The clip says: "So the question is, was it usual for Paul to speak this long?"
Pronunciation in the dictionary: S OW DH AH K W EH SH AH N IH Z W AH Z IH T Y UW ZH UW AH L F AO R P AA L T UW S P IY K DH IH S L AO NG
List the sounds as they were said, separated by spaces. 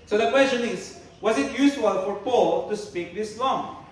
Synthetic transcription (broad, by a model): S OW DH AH K W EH S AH N IH Z W AH Z IH T Y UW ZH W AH L F AO R P AA L T UW S P IY K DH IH S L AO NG